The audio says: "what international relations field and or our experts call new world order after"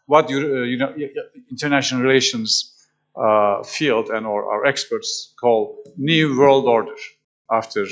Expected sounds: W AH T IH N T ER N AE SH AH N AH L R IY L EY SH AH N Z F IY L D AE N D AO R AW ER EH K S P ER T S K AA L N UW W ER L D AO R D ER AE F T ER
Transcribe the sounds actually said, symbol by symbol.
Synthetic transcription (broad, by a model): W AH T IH N T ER N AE SH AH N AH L R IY L EY SH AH N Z F IY L D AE N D AO R AW ER EH K S P ER T S K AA L N UW W ER L D AO R D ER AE F T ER